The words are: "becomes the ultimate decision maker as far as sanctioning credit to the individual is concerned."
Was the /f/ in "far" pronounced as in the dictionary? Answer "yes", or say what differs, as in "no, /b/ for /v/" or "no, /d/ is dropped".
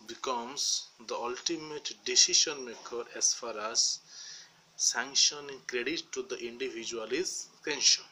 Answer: yes